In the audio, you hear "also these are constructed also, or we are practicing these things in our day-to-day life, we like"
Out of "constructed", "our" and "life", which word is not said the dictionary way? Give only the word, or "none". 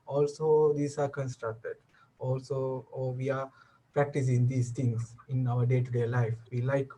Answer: none